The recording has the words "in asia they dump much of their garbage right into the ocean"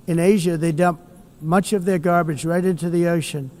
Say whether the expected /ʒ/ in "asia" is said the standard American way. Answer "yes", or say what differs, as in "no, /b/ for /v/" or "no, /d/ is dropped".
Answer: yes